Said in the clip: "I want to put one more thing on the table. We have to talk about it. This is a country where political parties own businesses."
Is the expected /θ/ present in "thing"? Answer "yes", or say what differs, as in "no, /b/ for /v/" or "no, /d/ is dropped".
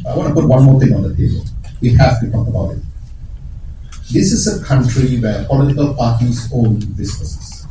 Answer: no, /t/ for /θ/